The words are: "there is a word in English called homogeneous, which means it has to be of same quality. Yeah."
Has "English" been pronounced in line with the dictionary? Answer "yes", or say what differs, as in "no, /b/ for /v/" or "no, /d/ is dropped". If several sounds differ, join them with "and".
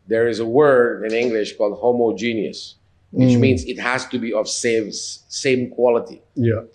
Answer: yes